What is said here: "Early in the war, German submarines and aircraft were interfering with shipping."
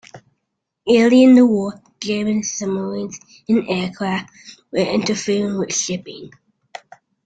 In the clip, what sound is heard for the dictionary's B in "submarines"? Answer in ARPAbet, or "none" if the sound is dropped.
none